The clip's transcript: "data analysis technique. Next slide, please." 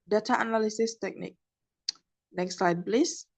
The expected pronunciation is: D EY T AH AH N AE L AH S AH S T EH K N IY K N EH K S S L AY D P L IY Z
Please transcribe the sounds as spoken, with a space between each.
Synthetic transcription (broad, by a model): D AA T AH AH N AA L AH S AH S T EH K N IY K N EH K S S L AY D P L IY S